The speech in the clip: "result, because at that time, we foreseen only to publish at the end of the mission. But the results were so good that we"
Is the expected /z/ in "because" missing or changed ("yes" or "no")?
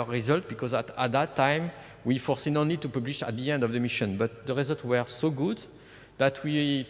no